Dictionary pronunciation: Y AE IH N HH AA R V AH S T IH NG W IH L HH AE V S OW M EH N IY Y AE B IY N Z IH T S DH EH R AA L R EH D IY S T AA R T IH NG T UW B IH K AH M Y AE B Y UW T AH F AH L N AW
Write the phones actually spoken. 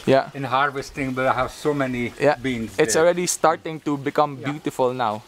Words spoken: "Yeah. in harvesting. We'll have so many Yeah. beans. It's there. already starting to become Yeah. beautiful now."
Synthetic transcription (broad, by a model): Y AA IH N HH AA R V AH S T IH NG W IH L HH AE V S OW M EH N IY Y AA B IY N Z IH T S AA L R EH D IY S T AA R T IH NG T UW B IH K AH M B Y UW T AH F AH L N AW